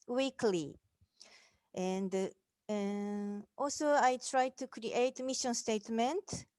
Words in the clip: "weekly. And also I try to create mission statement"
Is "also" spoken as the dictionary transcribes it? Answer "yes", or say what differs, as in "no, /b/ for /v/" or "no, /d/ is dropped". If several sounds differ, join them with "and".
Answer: yes